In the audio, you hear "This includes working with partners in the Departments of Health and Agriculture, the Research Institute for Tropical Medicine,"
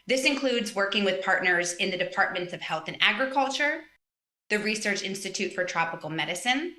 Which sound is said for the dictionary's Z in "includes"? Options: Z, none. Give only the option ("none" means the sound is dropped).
Z